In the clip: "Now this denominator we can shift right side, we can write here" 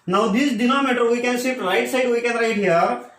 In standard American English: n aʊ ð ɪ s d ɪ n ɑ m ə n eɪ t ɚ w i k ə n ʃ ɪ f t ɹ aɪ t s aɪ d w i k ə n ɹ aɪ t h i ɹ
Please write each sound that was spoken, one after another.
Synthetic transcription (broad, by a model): n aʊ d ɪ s d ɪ n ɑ m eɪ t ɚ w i k ə n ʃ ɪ t ɹ aɪ t s aɪ d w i k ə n ɹ aɪ t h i ɹ